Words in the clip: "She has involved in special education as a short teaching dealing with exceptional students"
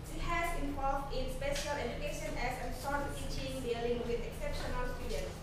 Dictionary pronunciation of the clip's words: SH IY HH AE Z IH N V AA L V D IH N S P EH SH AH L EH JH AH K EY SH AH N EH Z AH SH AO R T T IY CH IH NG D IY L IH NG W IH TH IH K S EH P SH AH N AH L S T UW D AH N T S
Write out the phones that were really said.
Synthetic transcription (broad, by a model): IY HH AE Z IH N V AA L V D IH N S P EH SH AH L EH JH AH K EY SH AH N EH S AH S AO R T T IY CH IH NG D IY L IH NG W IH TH IH K S EH P SH AH N AH L S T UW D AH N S